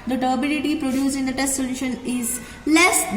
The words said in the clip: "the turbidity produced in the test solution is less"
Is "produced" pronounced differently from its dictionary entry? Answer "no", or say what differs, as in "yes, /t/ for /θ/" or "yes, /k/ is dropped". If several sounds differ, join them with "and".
yes, /t/ is dropped